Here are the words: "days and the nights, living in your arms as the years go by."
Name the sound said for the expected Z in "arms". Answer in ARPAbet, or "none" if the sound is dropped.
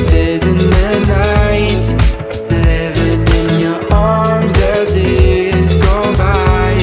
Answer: Z